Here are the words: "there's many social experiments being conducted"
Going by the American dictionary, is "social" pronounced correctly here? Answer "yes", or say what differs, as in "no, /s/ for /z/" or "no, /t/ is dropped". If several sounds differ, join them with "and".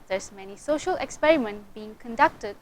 yes